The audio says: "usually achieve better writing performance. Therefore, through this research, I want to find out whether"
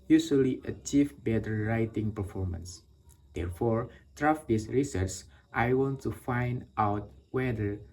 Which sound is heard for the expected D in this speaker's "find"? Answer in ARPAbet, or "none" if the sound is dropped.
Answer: D